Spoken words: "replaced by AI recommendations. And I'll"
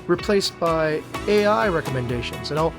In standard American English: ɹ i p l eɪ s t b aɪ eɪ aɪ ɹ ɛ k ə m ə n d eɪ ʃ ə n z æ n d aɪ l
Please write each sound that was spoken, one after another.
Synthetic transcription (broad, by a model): ɹ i p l eɪ s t b aɪ eɪ aɪ ɹ ɛ k ə m ə n d eɪ ʃ ə n z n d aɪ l